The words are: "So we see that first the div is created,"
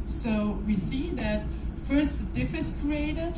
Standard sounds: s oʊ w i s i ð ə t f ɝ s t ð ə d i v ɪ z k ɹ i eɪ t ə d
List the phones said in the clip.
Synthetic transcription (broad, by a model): s oʊ w i s i ð ə t f ɝ s t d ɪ f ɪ s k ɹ i eɪ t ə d